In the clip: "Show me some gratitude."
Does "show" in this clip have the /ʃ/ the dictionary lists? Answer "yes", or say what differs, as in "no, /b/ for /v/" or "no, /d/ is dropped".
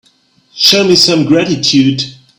yes